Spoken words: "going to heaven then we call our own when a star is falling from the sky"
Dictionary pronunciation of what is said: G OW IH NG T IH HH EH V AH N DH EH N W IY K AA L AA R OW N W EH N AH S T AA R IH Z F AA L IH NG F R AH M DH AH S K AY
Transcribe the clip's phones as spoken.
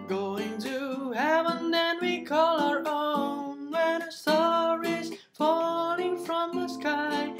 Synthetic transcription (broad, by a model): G OW IH NG T IH HH EH V AH N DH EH N W IY K AA L AA R OW N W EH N AH S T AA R IH Z F AA L IH NG F R AH M DH AH S K AY